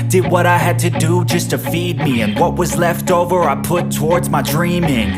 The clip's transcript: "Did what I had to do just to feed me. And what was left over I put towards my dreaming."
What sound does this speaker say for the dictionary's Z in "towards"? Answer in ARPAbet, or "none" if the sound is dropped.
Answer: Z